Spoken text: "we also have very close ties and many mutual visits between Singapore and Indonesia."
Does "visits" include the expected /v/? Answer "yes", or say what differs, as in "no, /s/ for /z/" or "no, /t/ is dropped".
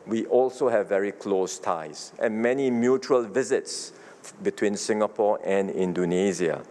yes